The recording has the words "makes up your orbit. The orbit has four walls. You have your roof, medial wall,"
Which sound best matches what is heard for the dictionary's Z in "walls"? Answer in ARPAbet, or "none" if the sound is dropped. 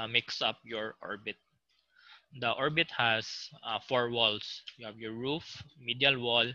S